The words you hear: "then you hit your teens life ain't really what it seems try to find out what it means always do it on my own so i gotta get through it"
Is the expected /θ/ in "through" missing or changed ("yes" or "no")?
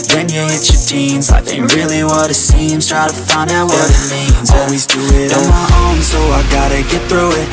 no